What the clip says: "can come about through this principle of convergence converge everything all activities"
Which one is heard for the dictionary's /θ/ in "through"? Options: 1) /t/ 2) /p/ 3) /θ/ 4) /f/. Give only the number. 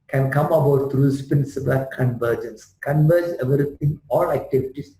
1